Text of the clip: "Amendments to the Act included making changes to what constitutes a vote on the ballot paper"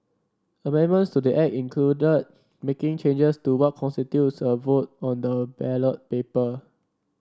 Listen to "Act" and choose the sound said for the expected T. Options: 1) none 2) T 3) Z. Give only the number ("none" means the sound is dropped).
1